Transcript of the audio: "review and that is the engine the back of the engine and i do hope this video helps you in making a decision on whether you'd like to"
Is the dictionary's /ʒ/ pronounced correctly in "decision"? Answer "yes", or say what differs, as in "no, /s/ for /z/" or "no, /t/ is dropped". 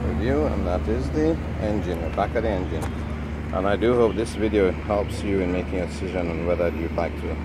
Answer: yes